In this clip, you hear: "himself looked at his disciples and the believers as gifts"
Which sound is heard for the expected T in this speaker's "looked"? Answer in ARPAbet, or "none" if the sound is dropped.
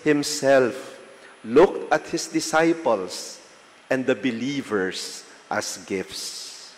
T